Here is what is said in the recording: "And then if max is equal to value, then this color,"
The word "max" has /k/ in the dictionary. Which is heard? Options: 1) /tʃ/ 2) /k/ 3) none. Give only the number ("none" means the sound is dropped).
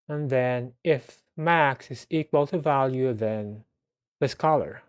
2